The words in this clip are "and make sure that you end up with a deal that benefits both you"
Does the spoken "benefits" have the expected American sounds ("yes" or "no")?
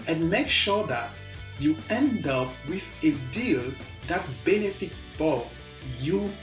no